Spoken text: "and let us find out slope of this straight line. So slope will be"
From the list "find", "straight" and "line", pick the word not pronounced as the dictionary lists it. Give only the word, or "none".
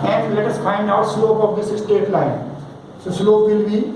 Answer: straight